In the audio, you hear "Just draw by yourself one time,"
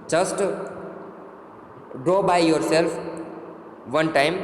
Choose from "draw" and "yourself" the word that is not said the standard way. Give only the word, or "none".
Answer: none